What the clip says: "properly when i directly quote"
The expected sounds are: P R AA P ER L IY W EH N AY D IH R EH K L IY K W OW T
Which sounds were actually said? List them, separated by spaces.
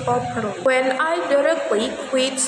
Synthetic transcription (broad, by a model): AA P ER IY W EH N AY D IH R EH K W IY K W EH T